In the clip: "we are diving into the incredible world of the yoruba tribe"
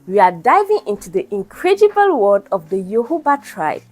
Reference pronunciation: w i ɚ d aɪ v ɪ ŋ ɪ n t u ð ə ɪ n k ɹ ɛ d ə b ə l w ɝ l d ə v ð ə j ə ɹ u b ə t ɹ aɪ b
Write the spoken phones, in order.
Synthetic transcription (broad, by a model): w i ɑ d aɪ v ɪ ŋ ɪ n t u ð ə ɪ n k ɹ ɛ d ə b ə l w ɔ d ə v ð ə j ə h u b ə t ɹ aɪ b